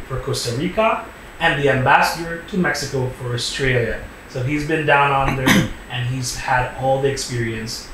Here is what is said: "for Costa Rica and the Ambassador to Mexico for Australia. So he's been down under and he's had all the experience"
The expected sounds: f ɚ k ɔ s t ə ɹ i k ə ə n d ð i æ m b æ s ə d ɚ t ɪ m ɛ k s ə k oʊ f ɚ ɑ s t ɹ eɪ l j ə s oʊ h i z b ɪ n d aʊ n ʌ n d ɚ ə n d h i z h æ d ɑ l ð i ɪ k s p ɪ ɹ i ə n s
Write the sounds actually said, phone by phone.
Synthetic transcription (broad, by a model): f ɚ k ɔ s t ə ɹ i k ə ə n ð i æ m b æ s ə d ɚ t ɪ m ɛ k s ə k oʊ f ɚ ɑ s t ɹ eɪ l j ə s oʊ h i z b ɪ n d aʊ n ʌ n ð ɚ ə n h i z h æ d ɑ l ð i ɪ k s p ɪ ɹ i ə n s